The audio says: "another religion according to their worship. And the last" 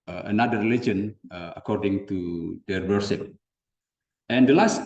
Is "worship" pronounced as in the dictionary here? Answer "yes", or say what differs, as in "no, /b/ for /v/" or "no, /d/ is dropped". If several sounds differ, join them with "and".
no, /s/ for /ʃ/